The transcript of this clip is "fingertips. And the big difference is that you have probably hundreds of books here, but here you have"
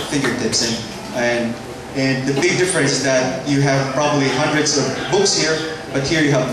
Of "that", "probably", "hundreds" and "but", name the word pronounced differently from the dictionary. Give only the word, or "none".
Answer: none